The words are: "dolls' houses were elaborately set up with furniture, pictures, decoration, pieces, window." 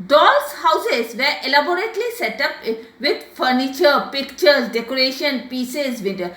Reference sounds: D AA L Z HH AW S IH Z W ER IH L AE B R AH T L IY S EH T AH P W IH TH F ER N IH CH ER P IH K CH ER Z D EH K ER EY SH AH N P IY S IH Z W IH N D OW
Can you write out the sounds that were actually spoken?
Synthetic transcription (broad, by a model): D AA L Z HH AW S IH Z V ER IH L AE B R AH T L IY S EH T AH P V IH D F ER N IH CH ER P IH K CH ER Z D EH K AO EY SH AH N P IY S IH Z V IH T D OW